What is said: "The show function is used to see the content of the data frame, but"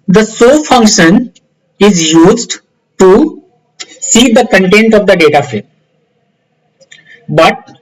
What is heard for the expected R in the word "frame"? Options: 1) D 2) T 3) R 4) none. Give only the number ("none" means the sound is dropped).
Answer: 4